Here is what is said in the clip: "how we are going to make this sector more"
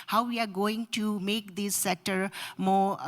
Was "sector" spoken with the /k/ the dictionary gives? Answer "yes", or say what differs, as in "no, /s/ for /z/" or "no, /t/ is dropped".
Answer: no, /k/ is dropped